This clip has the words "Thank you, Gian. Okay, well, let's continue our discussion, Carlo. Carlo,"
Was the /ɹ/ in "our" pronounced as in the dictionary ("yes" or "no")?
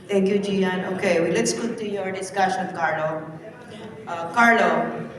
yes